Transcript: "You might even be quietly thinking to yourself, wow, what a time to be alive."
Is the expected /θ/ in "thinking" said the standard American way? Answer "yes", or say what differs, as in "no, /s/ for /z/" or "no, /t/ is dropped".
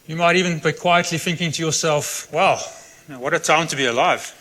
yes